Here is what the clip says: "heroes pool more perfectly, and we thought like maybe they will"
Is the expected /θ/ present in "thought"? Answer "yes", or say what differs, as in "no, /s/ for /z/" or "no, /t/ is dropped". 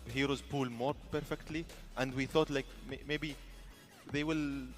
yes